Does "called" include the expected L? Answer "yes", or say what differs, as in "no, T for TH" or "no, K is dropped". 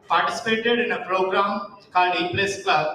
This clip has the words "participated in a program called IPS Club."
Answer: no, L is dropped